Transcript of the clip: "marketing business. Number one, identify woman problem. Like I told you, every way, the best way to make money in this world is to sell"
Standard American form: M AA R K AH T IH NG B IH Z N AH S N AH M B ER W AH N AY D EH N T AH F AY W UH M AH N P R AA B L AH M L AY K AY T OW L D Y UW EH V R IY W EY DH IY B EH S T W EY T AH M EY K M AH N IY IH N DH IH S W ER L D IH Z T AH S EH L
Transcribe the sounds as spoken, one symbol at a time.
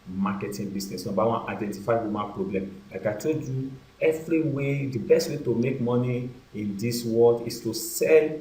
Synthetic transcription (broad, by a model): M AA K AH T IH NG B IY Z N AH S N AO B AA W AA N AY D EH N T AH F AY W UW M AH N P R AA B L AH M L AY K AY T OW D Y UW EH V R IY W EY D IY B EH S T W EY T AH M EY K M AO N IY IH N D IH S W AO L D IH S T AH S EH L